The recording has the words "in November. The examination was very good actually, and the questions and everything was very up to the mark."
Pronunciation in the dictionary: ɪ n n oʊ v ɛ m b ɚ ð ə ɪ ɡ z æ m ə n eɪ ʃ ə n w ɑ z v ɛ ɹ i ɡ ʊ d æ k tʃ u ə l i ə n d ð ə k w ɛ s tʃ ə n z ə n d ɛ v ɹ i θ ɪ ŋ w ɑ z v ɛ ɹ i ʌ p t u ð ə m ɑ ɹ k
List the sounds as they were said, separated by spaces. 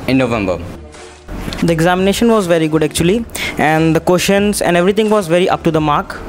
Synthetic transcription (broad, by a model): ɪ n n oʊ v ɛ m b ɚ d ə ɪ ɡ z æ m ə n eɪ ʃ ə n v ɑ z v ɛ ɹ i ɡ ʊ d æ k tʃ u ə l i ə n d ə k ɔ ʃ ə n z ə n d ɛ v ɹ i t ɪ ŋ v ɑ z v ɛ ɹ i ʌ p t u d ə m ɑ ɹ k